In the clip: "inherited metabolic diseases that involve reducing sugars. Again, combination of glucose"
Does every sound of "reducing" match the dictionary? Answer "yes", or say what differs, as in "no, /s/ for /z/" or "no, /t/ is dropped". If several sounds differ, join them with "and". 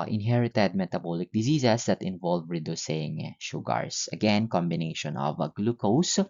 yes